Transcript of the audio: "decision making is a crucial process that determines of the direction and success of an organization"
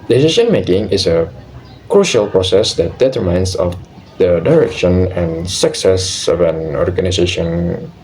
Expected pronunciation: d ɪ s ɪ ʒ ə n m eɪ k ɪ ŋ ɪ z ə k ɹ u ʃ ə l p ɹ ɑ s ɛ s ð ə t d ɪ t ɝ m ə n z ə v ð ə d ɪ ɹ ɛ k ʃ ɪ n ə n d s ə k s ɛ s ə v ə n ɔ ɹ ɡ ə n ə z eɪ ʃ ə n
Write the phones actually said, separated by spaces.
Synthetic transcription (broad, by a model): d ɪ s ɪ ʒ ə n m eɪ k ɪ ŋ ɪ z ə k ɹ u ʃ ə l p ɹ ɑ s ɛ s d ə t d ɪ t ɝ m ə n s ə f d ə d ɪ ɹ ɛ k ʃ ɪ n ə n s ə k s ɛ s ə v ə n ɔ ɹ ɡ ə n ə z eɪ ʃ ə n